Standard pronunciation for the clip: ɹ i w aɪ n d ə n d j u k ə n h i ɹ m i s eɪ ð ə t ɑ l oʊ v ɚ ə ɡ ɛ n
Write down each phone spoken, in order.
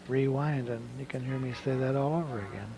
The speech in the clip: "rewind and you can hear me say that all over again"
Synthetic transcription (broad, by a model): ɹ i w aɪ n d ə n j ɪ k ə n h i ɹ m i s eɪ ð ə t ɑ l oʊ v ɚ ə ɡ ɛ n